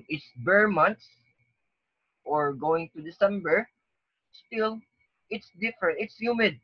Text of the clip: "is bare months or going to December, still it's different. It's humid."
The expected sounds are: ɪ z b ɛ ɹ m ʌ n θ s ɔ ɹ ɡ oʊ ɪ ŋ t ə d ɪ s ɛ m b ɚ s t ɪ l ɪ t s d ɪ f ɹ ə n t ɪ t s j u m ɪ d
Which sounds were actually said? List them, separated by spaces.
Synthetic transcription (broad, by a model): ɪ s b ɛ ɹ m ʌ n t s ɔ ɹ ɡ oʊ ɪ ŋ t ə d ɪ s ɛ m b ɚ s t ɪ l ɪ t s d ɪ f ɹ ə n t ɪ t s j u m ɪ d